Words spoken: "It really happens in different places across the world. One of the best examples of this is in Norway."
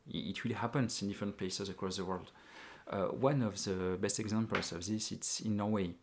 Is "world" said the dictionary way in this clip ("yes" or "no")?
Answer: yes